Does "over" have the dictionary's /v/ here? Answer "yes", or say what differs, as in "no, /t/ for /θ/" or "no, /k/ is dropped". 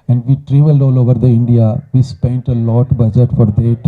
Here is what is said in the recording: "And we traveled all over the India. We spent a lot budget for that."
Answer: yes